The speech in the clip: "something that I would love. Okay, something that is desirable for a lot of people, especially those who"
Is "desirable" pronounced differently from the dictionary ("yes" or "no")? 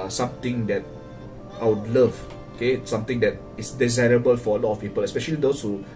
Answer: no